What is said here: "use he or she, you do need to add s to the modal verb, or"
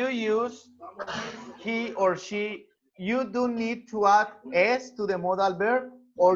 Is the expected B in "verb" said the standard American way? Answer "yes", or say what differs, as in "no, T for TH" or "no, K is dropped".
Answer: no, B is dropped